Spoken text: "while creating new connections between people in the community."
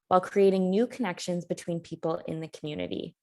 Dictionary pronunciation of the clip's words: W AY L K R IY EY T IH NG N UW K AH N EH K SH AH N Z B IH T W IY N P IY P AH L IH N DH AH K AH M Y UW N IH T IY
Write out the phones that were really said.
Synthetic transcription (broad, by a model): W AY L K R IY EY T IH NG N UW K AH N EH K SH AH N Z B IH T W IY N P IY P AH L IH N DH AH K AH M Y UW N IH T IY